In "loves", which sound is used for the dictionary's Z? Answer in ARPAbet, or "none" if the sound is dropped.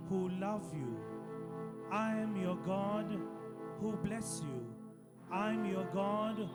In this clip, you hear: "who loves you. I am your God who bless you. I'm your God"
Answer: none